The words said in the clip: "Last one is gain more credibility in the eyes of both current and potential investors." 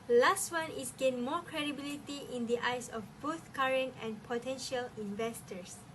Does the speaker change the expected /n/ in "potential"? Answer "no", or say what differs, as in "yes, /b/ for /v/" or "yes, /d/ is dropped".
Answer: no